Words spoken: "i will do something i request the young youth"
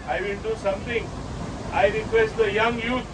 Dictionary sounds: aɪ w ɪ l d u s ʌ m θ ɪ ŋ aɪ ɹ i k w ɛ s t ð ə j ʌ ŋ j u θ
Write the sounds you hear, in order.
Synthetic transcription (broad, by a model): aɪ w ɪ n d u s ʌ m t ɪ ŋ aɪ ɹ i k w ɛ s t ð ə j ʌ ŋ j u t